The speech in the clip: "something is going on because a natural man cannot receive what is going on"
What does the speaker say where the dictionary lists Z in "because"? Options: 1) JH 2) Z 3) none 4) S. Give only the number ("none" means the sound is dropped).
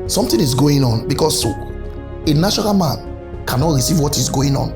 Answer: 4